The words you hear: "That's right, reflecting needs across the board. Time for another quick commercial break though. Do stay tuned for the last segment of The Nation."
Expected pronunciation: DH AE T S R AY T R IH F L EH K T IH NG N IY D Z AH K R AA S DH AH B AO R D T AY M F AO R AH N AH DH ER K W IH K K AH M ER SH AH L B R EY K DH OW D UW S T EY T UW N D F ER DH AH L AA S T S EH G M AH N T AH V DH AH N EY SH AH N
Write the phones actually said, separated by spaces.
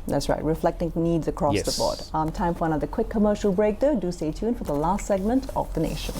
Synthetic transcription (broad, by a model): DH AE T S R AY T R IH F L EH K T IH NG N IY D Z AH K R AA S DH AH B AO R D T AY M F AO R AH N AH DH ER K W IH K K AH M ER SH AH L B R EY K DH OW D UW S T EY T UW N F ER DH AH L AA S T S EH G M AH N T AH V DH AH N EY SH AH N